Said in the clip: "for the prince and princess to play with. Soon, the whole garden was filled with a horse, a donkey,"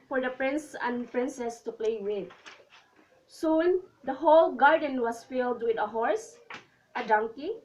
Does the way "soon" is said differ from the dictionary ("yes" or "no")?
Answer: no